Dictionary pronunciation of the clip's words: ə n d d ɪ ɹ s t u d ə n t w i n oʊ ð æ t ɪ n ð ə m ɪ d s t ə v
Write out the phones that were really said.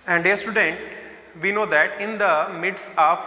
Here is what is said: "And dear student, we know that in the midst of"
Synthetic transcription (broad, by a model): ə n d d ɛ s t u d ə n t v i n oʊ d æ t ɪ n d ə m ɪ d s ə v